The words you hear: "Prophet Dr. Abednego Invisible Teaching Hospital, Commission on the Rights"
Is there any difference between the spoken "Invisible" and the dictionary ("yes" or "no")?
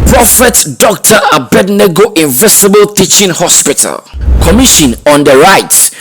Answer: yes